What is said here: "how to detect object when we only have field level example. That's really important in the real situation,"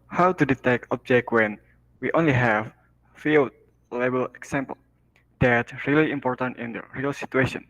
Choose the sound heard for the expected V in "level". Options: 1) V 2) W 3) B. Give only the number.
3